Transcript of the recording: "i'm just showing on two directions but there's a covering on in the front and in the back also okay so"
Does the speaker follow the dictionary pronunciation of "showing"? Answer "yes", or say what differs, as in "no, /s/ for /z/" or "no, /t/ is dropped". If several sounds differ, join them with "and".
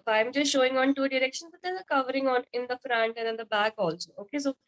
yes